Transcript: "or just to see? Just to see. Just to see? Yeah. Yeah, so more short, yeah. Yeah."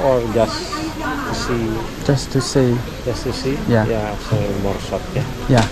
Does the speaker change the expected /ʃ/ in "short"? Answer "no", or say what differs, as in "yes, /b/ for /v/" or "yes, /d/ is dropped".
yes, /s/ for /ʃ/